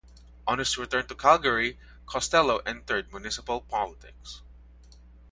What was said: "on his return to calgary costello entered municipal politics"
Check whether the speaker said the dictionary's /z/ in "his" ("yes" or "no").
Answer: no